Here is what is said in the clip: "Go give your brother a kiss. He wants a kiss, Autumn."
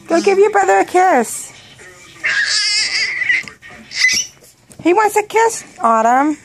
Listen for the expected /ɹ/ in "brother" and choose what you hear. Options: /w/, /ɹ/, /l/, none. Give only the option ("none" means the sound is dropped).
none